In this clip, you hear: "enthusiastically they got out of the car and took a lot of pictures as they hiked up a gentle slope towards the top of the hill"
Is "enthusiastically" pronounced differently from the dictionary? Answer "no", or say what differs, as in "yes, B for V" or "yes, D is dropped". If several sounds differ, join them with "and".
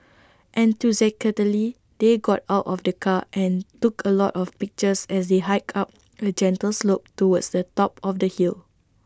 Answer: yes, T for TH and S is dropped and K is dropped